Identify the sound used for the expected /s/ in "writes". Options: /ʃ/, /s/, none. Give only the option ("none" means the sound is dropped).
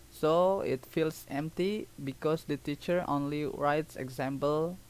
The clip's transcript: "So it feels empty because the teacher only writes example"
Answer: /s/